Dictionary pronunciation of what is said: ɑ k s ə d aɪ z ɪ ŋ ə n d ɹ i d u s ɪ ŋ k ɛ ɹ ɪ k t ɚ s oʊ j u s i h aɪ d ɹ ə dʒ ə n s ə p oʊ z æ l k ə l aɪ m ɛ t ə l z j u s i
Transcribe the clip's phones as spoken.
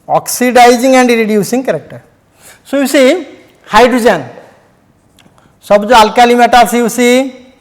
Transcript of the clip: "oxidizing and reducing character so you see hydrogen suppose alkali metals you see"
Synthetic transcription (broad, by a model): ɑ k s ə d aɪ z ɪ ŋ ə n d ɹ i d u s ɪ ŋ k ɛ ɹ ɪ k t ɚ s oʊ j u s i h aɪ d ɹ ə dʒ ə n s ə b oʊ ɑ l k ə l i m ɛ t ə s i j u s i